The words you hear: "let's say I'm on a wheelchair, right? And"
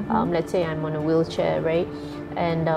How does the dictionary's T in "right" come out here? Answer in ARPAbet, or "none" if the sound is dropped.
T